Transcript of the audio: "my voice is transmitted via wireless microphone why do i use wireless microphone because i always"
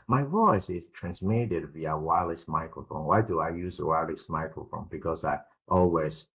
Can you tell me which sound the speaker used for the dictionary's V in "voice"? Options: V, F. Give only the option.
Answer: V